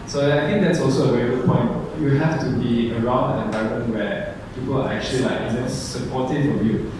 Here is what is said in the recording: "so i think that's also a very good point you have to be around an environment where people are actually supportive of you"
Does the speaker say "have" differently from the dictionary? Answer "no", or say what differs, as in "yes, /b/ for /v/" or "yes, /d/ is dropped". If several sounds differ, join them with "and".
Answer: yes, /f/ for /v/